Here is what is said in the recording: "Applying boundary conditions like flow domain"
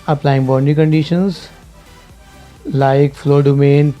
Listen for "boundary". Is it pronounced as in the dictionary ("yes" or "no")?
no